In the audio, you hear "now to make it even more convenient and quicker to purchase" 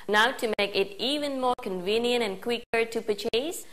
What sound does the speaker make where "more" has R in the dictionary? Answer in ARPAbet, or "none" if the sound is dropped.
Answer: R